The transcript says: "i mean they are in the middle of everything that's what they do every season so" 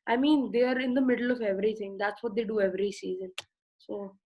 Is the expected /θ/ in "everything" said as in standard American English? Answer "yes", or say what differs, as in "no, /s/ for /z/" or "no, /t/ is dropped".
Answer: no, /t/ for /θ/